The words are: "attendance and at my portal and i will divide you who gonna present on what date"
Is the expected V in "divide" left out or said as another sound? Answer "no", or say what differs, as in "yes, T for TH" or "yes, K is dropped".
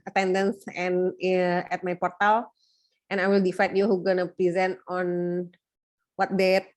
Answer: yes, F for V